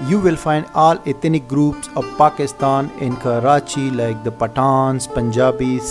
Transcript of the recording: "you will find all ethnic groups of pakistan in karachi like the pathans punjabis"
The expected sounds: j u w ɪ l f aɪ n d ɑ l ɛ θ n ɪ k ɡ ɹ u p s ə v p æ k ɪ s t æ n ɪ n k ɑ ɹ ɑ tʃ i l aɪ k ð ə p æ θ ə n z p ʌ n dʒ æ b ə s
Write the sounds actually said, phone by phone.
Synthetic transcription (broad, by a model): j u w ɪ l f aɪ n d ɑ l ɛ t n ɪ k ɡ ɹ u p s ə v p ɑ k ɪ s t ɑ n ɪ n k ɑ ɹ ɑ tʃ i l aɪ k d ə p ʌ t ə n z p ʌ n dʒ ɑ b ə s